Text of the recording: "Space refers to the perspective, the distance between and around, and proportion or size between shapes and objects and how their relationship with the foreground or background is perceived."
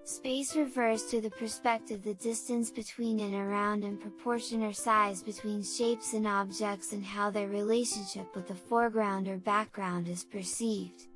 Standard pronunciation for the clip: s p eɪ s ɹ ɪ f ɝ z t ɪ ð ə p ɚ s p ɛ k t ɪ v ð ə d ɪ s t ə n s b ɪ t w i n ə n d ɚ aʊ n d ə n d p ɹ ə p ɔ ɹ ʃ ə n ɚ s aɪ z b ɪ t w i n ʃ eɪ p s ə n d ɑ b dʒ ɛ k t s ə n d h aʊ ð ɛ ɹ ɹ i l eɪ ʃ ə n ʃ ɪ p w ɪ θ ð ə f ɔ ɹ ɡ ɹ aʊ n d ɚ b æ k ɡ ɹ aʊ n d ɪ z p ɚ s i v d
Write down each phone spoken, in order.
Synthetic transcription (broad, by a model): s p eɪ s ɹ ɪ f ɝ z t ɪ ð ə p ɚ s p ɛ k t ɪ v ð ə d ɪ s t ə n s b ɪ t w i n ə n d ɚ aʊ n d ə n p ɹ ə p ɔ ɹ ʃ ə n ɚ s aɪ z b ɪ t w i n ʃ eɪ p s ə n ɑ b dʒ ɛ k t s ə n h aʊ ð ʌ ɹ ɹ i l eɪ ʃ ə n ʃ ɪ p w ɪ ð ə f ɔ ɹ ɡ ɹ aʊ n d ɚ b æ k ɡ ɹ aʊ n d ɪ z p ɚ s i v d